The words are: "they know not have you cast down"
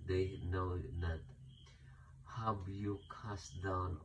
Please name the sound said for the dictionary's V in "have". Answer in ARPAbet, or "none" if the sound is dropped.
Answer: B